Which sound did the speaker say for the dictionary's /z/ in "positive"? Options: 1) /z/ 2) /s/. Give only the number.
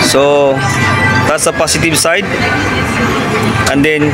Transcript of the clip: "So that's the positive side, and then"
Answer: 2